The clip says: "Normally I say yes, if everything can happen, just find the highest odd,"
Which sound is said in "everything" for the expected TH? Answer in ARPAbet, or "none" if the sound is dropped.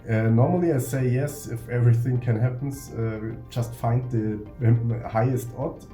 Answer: TH